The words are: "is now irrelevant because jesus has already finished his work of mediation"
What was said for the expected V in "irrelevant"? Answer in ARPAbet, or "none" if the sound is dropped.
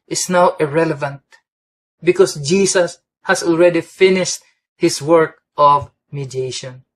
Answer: V